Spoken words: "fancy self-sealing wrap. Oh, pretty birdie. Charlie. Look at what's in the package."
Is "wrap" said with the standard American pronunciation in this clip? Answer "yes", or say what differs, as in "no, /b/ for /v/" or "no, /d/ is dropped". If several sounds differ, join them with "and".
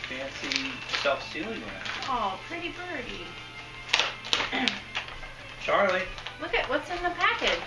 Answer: no, /p/ is dropped